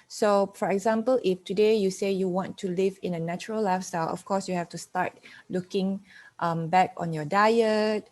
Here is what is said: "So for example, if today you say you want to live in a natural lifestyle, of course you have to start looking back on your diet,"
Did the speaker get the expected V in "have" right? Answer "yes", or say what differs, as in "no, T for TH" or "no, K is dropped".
no, F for V